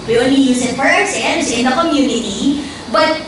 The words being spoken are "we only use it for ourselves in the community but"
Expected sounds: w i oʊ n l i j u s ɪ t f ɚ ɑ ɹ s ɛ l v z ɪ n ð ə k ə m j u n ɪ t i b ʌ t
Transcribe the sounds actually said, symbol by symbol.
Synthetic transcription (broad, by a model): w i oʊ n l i j u s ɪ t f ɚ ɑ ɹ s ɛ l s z ɪ n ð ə k ə m j u n ɪ t i b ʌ t